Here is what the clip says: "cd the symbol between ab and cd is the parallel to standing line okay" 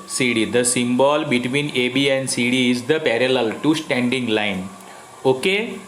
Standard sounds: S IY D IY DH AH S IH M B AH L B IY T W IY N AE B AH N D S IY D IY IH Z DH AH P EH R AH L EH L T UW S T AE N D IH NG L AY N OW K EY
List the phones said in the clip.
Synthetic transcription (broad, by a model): S IY D IY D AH S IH M B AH L B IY T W IY N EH B AH N D S IY D IY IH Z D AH P EH R AH L EH L T UW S T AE N D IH NG L AY N OW K EY